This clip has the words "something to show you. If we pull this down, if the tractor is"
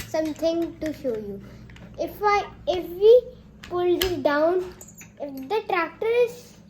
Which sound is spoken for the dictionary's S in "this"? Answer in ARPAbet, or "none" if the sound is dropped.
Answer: none